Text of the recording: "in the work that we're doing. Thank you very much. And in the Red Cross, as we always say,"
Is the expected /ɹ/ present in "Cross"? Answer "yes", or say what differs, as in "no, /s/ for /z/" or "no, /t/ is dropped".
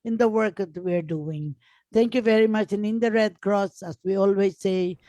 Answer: yes